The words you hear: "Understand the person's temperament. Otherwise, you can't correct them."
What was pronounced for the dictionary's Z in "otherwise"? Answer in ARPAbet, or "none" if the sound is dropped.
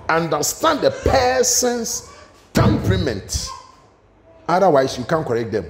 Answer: S